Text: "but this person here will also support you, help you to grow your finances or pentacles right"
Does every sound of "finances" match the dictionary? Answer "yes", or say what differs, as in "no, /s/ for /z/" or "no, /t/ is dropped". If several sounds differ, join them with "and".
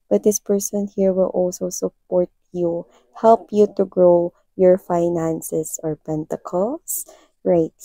no, /s/ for /z/